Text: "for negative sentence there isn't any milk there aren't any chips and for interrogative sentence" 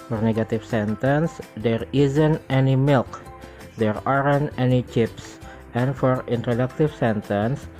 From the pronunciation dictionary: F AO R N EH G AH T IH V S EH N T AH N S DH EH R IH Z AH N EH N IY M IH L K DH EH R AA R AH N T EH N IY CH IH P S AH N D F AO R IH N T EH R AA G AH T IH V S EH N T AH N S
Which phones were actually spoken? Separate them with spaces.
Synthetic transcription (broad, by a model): F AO R N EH G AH T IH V S EH N T AH N S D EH R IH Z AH N EH N IY M IH L K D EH R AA R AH N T EH N IY CH IH P S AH N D F AO R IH N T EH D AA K T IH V S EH N T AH N S